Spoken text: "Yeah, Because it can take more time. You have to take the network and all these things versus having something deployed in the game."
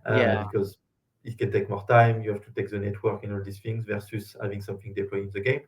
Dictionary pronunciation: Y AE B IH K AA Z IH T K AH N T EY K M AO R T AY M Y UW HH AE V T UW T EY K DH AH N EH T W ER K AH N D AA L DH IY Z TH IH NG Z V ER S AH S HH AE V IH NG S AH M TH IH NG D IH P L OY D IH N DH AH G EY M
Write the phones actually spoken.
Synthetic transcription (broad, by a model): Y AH B IH K AA Z IH T K AH N T EY K M AO R T AY M Y UW HH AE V T UW T EY K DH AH N EH T W ER K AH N AA L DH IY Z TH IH NG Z V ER S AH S HH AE V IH NG S AH M TH IH NG D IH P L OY IH N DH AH G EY M